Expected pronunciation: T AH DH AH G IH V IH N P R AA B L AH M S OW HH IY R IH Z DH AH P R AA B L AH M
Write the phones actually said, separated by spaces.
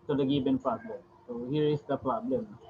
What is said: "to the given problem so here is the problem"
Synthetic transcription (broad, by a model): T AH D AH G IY B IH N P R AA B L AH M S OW HH IY R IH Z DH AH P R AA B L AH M